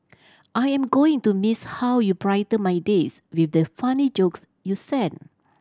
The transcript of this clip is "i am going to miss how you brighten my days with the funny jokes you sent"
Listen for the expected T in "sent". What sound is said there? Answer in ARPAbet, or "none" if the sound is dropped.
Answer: none